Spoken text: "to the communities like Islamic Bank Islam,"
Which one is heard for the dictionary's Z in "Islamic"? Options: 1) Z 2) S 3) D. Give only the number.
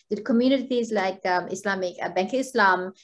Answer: 2